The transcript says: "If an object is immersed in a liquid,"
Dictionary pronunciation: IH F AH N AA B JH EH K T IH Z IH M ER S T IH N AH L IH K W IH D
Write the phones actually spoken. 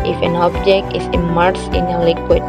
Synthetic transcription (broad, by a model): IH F AH N AA B JH EH K T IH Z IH M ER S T IH N AH L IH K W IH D